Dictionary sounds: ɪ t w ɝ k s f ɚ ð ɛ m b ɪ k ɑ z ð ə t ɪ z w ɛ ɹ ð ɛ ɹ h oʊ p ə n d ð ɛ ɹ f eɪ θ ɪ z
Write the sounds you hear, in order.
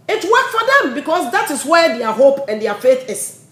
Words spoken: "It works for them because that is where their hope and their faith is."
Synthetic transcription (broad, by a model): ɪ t w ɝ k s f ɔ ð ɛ m b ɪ k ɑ s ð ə t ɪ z w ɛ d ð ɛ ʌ h oʊ p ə n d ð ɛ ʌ f eɪ θ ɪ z